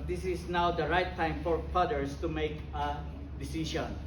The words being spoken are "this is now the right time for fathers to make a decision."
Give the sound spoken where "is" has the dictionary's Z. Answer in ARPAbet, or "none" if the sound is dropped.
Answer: S